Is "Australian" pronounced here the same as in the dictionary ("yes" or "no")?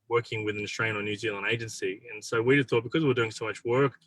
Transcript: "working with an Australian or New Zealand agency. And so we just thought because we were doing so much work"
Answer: no